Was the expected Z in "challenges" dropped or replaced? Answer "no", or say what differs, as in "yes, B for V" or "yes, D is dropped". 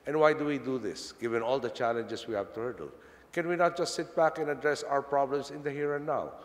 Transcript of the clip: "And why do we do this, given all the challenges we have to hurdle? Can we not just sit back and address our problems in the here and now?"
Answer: yes, S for Z